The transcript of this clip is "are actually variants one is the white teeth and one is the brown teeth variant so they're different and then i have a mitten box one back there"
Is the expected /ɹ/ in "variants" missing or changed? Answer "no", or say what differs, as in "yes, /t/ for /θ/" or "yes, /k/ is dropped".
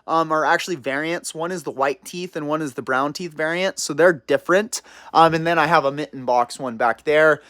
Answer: no